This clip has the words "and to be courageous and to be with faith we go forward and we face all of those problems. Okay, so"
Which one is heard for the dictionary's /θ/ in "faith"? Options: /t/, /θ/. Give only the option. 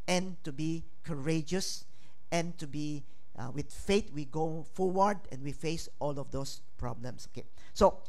/t/